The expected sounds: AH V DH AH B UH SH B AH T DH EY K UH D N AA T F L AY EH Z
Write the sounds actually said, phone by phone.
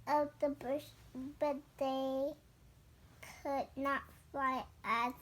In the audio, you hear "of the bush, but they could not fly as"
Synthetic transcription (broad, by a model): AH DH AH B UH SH B AH T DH EY K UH D N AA T F AY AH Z